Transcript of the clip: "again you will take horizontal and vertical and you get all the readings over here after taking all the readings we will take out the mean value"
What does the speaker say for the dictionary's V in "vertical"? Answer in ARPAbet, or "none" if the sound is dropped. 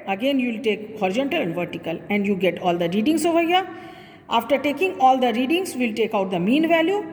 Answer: V